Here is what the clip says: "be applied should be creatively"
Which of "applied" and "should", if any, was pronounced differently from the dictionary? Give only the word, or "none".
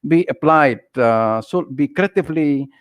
should